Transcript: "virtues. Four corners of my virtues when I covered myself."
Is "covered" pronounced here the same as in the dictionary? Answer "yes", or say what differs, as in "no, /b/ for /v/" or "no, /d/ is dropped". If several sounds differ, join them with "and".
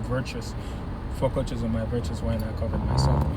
yes